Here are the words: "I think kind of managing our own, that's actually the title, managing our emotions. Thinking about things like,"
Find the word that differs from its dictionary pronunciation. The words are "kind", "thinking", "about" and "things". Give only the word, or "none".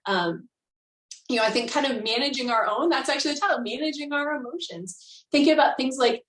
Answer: none